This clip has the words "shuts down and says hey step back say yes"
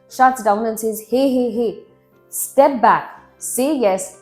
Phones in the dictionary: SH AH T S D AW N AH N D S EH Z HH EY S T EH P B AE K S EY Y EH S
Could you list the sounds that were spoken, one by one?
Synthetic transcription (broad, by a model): SH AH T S D AW N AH N S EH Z HH EY S T EH P B AE K S EY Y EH S